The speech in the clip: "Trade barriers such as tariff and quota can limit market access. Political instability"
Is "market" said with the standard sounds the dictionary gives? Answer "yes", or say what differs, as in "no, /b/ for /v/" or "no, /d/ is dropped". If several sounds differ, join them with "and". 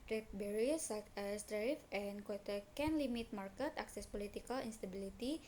yes